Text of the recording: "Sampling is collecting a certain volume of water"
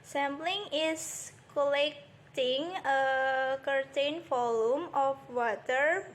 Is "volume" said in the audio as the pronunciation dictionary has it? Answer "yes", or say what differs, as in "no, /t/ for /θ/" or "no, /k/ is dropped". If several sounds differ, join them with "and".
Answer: no, /f/ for /v/